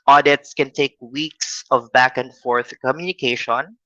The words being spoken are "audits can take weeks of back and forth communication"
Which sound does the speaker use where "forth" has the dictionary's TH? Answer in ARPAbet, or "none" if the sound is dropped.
TH